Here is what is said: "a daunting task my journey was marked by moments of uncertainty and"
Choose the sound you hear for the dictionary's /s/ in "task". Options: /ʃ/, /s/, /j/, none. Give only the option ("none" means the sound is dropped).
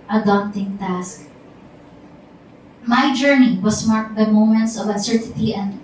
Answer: /s/